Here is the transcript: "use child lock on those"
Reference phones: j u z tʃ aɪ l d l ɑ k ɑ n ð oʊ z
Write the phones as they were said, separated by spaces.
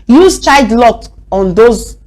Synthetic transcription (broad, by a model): j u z tʃ aɪ d l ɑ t ɑ n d oʊ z